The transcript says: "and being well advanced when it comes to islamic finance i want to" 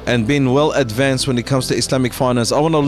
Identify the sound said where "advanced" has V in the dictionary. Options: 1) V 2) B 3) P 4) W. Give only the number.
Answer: 1